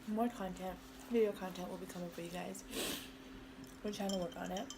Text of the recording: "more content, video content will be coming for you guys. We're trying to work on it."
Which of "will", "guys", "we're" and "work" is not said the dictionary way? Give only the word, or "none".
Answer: we're